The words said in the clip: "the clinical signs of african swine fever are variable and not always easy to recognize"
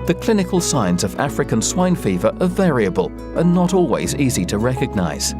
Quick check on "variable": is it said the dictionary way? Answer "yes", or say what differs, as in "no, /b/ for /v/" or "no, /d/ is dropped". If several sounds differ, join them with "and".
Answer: yes